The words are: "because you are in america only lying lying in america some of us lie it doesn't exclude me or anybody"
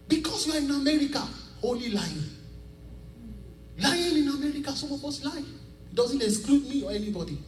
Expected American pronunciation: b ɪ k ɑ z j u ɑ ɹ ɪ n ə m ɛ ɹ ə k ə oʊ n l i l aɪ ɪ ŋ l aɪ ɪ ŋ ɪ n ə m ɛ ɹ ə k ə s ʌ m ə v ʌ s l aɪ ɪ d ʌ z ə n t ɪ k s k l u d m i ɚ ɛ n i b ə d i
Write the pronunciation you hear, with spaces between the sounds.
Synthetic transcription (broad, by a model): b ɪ k ɑ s j u ɑ ɹ ɪ n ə m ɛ ɹ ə k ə oʊ l i l aɪ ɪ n l aɪ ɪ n ɪ n ə m ɛ ɹ ə k ə s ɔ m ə b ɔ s l aɪ ɪ d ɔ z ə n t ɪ s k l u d m i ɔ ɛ n i b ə d i